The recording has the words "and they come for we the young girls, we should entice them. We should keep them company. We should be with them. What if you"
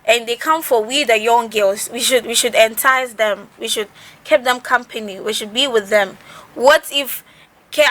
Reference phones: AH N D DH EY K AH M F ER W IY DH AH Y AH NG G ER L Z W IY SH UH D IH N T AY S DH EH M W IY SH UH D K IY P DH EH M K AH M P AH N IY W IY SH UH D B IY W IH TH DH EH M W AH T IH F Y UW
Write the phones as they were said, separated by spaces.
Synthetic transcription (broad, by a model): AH N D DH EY K AH M F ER W IY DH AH Y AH NG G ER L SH W IY SH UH D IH N T AY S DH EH M W IY SH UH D K IY P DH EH M K AH M P AH N IY W IY SH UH D B IY W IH DH EH M W AH T IH F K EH